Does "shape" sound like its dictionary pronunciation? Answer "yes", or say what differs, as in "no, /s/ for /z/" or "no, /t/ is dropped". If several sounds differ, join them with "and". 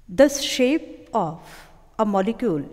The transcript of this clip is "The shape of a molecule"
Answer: yes